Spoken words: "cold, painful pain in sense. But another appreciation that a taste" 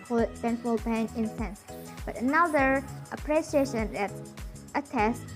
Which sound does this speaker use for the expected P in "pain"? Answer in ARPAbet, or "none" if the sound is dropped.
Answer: B